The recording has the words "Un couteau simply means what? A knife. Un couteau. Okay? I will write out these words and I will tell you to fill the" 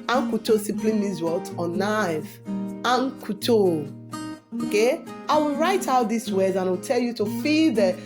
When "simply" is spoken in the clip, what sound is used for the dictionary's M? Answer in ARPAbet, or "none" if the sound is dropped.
none